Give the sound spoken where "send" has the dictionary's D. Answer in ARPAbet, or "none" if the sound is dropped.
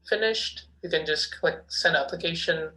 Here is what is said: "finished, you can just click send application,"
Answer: none